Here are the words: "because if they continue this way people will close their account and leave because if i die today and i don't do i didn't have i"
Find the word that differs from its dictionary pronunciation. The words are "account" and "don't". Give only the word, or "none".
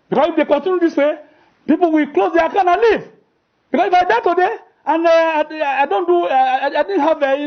account